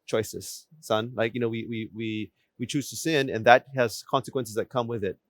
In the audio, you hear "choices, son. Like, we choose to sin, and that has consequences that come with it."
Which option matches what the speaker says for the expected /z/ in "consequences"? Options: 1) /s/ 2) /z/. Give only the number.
2